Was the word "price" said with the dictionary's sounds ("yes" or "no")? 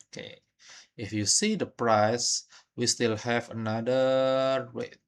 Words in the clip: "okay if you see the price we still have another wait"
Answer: yes